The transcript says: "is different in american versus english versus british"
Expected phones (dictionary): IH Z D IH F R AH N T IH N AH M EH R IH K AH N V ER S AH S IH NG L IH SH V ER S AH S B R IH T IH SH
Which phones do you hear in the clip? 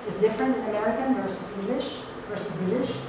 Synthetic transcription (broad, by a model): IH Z D IH F R AH N T IH N AH M EH R IH K AH N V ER S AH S IH NG L IH SH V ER S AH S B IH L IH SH